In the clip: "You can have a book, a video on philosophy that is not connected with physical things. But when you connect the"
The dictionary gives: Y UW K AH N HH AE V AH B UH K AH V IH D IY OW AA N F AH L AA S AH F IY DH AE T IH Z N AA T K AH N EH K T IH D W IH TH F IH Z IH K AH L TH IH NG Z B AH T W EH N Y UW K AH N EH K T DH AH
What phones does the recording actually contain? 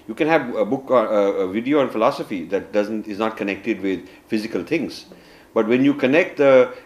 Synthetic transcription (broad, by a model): Y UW K AH N HH AE V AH B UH K AH V IH D IY OW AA N F AH L AA S AH F IY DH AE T IH Z N AA T K AH N EH K T IH D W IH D F IH Z IH K AH L T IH NG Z B AH T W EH N Y UW K AH N EH K T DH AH